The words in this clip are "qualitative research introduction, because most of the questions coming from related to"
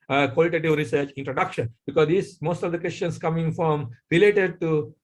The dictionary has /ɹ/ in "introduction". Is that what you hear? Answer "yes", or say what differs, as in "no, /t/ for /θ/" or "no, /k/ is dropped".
yes